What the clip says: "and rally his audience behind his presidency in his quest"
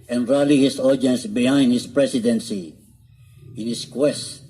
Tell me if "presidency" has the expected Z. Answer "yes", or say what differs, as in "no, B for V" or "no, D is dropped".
no, S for Z